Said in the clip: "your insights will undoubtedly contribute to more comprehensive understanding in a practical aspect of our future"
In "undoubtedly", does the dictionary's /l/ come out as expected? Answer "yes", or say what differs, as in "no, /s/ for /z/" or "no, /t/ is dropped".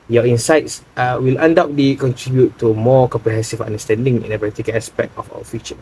no, /l/ is dropped